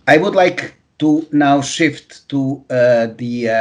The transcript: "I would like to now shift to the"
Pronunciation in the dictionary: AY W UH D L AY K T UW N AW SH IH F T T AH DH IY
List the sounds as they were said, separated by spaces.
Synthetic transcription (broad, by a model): AY W UH D L AY K T UW N AW SH IH F T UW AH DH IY